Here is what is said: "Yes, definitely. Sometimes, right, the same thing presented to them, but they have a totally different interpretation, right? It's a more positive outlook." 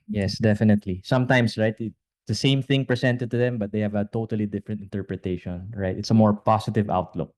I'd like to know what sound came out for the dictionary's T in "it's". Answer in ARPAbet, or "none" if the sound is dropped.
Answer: T